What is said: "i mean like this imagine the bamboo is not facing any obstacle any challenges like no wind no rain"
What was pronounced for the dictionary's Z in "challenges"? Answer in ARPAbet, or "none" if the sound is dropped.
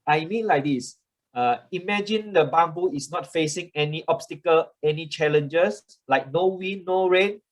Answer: S